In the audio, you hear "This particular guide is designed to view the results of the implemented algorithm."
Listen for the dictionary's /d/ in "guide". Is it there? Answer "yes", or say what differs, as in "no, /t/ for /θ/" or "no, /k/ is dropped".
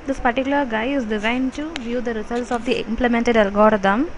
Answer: no, /d/ is dropped